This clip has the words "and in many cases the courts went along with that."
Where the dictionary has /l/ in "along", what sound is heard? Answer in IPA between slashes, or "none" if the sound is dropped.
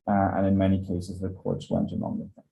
/n/